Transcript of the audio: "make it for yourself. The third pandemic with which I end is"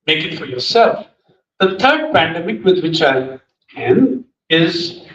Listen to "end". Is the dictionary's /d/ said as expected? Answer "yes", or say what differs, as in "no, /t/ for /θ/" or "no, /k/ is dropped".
no, /d/ is dropped